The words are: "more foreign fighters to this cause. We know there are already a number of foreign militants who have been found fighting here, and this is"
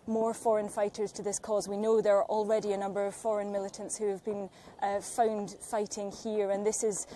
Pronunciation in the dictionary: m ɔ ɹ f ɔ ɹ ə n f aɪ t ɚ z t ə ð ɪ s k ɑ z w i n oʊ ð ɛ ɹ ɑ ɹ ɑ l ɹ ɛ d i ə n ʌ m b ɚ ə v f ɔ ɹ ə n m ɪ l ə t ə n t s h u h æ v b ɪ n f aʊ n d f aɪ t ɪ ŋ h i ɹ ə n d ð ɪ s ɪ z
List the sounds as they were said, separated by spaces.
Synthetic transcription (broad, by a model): m ɔ ɹ f ɔ ɹ ə n f aɪ t ɚ z t ə ð ɪ s k ɑ z w i n oʊ ð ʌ ɹ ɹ ɑ l ɹ ɛ d i ə n ʌ m b ɚ ə v f ɔ ɹ ə n m ɪ l ə t ə n t s h u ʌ v b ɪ n f aʊ n d f aɪ t ɪ ŋ h i ɹ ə n ð ɪ s ɪ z